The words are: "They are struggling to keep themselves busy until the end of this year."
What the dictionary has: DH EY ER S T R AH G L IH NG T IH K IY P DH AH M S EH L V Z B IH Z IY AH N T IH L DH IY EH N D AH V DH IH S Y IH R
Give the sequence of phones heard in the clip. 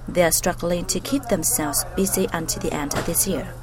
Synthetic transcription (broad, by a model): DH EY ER S T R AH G L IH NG T IH K IY P DH AH M S EH L V Z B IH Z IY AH N T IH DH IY EH N D AH V DH IH S Y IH R